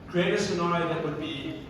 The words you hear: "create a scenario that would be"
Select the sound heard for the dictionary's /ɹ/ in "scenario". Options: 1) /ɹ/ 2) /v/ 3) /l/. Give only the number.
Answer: 3